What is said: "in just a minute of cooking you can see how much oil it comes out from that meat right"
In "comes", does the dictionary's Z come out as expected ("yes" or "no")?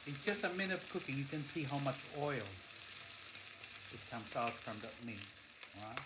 no